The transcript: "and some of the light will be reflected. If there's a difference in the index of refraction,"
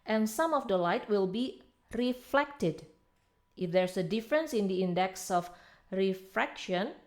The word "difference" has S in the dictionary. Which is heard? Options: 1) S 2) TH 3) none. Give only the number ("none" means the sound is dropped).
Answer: 1